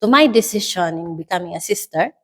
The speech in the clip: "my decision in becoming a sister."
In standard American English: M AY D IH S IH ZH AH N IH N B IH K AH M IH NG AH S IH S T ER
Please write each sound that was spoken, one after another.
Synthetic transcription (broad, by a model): M AY D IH S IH SH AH N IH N B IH K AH M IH NG AH S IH S T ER